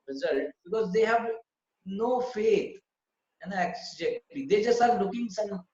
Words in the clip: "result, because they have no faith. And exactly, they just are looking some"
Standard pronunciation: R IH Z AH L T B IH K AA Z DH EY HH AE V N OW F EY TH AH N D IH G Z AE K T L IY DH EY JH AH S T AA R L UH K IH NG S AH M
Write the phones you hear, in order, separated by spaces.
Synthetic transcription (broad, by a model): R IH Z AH L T B IH K AA Z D EY HH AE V N OW F EY T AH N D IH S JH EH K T IY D EY JH AH S T AA R L UH K IH NG S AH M